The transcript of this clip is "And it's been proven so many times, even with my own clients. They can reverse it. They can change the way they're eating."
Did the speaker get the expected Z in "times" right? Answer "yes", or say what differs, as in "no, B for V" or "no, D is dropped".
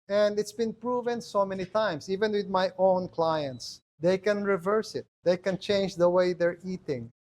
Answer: no, S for Z